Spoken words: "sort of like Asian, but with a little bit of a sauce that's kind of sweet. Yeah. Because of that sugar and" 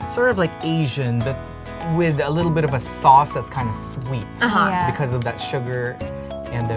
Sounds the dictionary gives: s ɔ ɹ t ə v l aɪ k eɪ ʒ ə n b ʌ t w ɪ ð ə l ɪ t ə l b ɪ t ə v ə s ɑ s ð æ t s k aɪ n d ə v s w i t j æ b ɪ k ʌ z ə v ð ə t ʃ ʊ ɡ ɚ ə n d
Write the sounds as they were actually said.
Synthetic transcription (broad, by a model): s ɔ ɹ t ə v l aɪ k eɪ ʒ ə n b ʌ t w ɪ ð ə l ɪ t l b ɪ t ə v ə s ɑ s ð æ t s k aɪ n d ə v s w i t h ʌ b ɪ k ʌ z ə v ð ə t ʃ ʊ ɡ ɚ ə n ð